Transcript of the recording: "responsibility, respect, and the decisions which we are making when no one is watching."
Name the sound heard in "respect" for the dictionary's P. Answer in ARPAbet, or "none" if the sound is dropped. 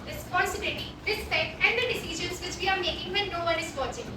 none